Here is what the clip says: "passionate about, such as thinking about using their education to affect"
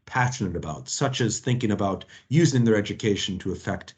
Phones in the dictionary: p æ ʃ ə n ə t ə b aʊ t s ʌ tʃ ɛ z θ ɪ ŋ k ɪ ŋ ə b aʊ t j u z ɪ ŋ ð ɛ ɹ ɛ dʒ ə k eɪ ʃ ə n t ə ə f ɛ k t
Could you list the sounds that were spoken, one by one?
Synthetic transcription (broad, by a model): p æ ʃ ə n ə t ə b aʊ t s ʌ tʃ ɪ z θ ɪ ŋ k ɪ ŋ ə b aʊ t j u z ɪ ŋ ð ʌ ɹ ɛ dʒ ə k eɪ ʃ n t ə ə f ɛ k t